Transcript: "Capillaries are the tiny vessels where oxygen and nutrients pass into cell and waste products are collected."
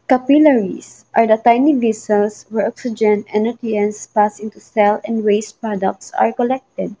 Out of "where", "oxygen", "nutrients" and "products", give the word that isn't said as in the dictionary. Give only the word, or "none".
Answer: nutrients